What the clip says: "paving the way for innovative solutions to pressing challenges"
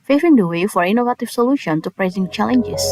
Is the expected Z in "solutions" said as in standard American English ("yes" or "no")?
no